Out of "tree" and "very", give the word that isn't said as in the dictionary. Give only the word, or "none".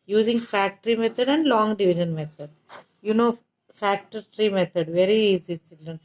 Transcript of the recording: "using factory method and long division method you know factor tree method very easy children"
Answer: none